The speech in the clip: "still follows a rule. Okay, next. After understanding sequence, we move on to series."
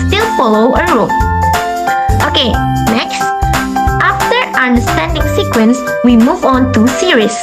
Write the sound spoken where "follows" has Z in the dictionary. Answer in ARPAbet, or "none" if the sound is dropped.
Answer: none